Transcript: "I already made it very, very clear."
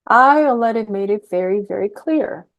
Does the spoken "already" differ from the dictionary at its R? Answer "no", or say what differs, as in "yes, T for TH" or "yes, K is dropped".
yes, R is dropped